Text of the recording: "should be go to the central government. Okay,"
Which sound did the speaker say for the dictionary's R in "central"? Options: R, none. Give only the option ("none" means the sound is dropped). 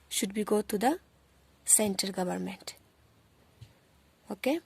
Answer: none